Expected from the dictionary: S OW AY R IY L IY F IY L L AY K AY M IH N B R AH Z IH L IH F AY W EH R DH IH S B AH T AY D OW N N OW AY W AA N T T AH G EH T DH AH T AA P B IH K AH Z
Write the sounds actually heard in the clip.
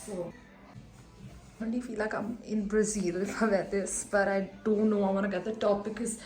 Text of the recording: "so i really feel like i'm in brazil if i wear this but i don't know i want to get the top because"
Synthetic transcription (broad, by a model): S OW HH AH N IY F IY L L AY K AY M IH N B R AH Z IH L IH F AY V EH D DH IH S B AH T AY D OW N N OW AY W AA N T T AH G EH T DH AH T AA P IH K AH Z